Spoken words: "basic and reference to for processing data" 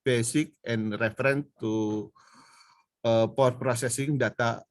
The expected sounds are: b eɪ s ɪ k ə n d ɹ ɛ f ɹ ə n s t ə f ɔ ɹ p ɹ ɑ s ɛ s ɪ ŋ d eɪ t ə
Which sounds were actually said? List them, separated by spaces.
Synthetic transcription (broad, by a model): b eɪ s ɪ k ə n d ɹ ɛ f ɹ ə n t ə p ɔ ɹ p ɹ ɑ s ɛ s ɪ ŋ d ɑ t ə